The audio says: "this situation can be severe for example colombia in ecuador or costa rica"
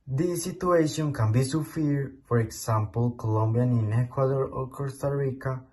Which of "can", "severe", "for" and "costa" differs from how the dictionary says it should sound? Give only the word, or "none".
severe